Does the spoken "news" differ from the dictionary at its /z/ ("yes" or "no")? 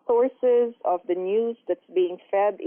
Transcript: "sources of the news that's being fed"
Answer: no